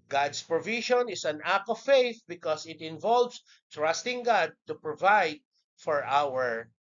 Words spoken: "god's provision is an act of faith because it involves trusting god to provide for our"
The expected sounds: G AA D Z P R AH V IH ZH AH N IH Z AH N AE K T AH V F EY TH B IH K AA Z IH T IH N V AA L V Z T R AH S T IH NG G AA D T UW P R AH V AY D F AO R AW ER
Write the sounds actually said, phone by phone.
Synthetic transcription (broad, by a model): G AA D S P R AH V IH SH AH N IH S AH N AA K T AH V F EY TH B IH K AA S IH T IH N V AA L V S T R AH S T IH NG G AA D T UW P R AH V AY D F AO R AW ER